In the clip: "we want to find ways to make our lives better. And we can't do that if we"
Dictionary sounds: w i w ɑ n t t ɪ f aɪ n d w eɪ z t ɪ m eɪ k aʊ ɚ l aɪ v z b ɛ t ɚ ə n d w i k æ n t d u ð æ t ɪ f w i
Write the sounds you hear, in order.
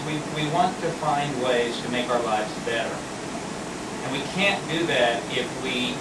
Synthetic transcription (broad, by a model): w i w ɑ n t t ɪ f aɪ n d w eɪ z t ɪ m eɪ k aʊ ɚ l aɪ v z b ɛ t ɚ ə n w i k æ n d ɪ ð æ t ɪ f w i